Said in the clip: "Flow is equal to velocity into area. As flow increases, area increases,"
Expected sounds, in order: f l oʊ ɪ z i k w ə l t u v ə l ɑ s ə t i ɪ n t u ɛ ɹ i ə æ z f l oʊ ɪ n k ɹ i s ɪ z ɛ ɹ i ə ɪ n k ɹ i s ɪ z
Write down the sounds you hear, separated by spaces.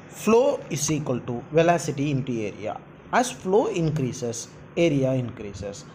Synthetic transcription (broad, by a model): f l oʊ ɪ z i k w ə l t u v ə l ɑ s ə t i ɪ n t u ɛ ɹ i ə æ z f l oʊ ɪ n k ɹ i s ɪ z ɛ ɹ i ə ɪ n k ɹ i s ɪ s